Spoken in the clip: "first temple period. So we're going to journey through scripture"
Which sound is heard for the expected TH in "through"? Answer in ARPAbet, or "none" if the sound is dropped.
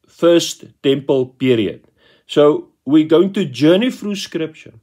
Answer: F